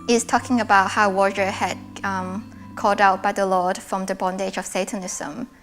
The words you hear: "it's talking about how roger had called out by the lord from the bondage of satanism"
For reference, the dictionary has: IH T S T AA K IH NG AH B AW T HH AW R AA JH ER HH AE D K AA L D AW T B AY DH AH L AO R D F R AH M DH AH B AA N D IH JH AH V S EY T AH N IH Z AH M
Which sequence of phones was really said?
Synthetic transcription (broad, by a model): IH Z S T AA K IH NG AH B AW T HH AW W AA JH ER HH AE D K AA L D AW T B AY DH AH L AO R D F R AH M DH AH B AA N D IH JH AH V S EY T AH N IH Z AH M